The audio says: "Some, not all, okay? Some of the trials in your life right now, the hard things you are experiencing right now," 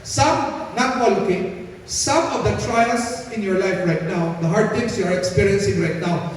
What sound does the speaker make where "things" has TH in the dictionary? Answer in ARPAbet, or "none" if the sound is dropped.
T